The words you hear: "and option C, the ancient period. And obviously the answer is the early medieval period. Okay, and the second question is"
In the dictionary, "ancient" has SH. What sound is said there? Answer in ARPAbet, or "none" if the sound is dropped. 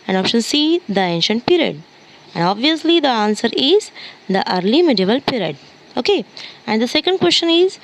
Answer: SH